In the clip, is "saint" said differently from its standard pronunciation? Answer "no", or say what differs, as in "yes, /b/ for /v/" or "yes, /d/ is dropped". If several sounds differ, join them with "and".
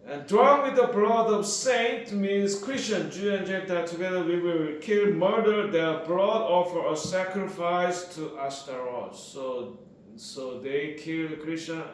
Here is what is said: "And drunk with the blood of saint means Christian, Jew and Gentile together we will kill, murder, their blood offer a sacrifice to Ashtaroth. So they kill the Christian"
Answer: no